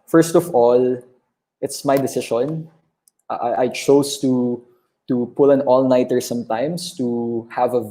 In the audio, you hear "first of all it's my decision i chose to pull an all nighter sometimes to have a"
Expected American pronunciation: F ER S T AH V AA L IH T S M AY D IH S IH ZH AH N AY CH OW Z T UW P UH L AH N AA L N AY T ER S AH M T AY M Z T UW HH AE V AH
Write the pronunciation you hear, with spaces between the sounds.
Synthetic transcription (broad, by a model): F ER S T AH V AA L IH T S M AY D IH S IH SH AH N AY CH OW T T UW P UH L AH N AA L N AY T ER S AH M T AY M S T UW HH AE V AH